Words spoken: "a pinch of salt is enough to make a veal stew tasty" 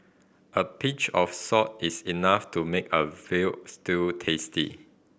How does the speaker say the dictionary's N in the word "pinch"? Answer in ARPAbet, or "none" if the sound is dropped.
none